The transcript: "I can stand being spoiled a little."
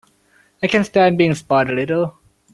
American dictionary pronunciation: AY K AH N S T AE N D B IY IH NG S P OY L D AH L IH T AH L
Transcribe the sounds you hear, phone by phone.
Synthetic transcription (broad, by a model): AY K AH N S T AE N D B IY IH NG S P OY D AH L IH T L